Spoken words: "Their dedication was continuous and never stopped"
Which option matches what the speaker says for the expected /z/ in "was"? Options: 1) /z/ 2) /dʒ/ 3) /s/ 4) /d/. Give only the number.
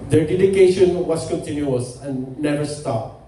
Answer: 3